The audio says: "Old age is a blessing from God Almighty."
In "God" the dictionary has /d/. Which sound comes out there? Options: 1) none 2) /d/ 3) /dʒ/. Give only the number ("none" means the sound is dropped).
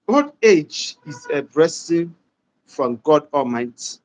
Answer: 2